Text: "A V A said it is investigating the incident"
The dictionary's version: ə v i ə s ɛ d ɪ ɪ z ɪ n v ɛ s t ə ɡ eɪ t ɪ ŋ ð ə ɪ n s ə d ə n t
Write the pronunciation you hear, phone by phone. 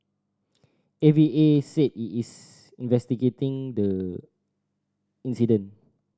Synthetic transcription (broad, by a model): ə v i ə s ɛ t ɪ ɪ s ɪ n v ɛ s t ə ɡ eɪ t ɪ ŋ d ə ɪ n s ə d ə n